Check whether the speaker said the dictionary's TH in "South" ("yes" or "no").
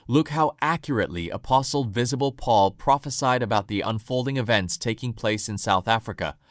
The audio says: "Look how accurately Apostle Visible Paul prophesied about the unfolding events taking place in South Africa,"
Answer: yes